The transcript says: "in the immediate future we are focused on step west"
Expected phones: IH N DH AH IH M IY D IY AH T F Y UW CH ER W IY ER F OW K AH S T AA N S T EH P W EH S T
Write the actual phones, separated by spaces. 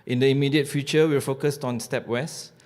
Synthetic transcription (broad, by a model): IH N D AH IH M IY D IY AH T F Y UW CH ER W IY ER F OW K AH S T AA N S T EH P W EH S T